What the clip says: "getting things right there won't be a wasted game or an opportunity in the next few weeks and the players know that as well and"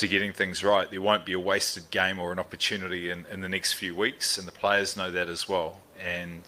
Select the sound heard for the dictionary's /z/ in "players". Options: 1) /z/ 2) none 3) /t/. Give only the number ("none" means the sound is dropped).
1